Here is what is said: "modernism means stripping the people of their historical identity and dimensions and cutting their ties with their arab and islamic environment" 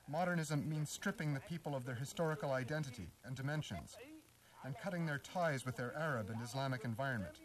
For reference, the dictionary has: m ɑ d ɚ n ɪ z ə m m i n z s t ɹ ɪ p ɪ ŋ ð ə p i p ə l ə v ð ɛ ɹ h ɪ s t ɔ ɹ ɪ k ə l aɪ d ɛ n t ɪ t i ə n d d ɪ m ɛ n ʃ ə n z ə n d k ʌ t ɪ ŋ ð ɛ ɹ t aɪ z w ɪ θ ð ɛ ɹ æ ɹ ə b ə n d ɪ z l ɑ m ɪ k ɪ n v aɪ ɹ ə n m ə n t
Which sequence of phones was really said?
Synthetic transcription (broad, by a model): m ɑ d ɚ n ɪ z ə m m i n z s t ɹ ɪ p ɪ ŋ ð ə p i p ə l ə v ð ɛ ɹ h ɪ s t ɔ ɹ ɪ k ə l aɪ d ɛ n t ɪ t i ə n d d ɪ m ɛ n ʃ ə n z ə n k ʌ t ɪ ŋ ð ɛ ɹ t aɪ z w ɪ ð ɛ ɹ æ ɹ ə b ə n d ɪ z l ɑ m ɪ k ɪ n v aɪ ɹ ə n m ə n t